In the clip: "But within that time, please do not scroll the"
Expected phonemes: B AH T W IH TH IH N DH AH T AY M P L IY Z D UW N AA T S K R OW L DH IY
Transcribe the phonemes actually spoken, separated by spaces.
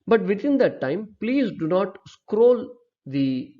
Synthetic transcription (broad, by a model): B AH T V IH T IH N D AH T AY M P L IY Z D UW N AA T S K R OW L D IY